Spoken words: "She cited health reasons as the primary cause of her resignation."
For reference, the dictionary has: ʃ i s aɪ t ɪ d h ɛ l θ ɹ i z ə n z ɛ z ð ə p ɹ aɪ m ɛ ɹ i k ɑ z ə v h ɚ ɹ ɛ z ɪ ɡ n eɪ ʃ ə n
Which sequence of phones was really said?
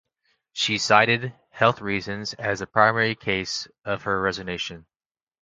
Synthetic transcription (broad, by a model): ʃ i s aɪ t ɪ d h ɛ l θ ɹ i z ə n z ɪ z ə p ɹ aɪ m ɛ ɹ i k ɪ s ə v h ɚ ɹ ɛ z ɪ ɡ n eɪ ʃ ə n